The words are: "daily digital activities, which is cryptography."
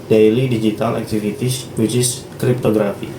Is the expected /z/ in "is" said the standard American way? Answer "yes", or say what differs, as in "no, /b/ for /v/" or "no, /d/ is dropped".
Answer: no, /s/ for /z/